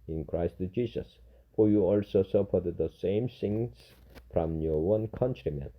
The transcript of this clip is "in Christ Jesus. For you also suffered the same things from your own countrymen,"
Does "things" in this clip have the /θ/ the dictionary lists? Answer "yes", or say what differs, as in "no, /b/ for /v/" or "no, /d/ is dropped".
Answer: no, /s/ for /θ/